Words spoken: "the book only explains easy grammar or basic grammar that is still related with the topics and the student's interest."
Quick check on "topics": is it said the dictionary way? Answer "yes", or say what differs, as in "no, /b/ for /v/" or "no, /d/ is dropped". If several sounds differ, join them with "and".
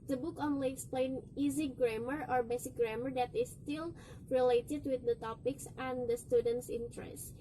yes